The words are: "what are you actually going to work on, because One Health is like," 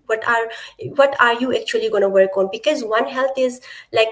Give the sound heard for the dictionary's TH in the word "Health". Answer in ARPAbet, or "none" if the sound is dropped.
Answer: T